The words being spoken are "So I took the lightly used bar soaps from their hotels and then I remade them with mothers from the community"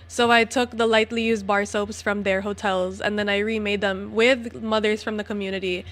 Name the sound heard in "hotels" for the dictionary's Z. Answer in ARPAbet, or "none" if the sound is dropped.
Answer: Z